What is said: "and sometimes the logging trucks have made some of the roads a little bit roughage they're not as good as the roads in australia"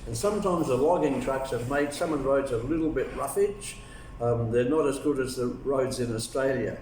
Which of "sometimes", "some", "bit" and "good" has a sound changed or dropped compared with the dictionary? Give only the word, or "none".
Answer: none